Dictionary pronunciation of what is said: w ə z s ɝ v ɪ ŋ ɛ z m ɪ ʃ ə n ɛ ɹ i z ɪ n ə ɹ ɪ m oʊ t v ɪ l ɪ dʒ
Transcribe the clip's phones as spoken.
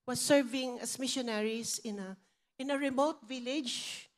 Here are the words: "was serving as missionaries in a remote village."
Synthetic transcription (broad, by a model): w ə s ɝ v ɪ ŋ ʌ s m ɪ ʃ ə n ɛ ɹ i s ɪ n ə ɹ ɪ m oʊ t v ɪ l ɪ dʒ